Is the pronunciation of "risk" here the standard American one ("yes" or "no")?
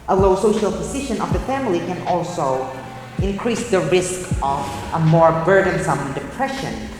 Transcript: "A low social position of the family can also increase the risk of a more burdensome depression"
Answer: yes